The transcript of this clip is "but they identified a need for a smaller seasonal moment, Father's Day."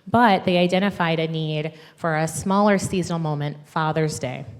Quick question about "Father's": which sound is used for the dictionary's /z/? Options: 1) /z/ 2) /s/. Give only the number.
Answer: 1